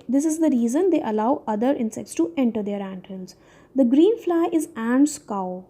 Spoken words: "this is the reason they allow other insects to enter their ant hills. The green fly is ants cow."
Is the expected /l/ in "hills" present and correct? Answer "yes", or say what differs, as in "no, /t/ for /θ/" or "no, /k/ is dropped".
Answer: no, /n/ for /l/